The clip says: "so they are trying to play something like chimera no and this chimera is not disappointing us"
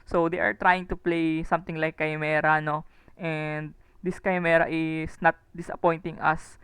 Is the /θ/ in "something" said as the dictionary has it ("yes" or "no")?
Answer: no